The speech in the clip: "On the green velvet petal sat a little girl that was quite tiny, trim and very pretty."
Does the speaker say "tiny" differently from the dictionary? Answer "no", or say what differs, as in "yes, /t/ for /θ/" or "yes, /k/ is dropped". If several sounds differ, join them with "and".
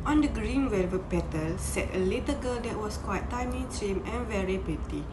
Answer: yes, /l/ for /n/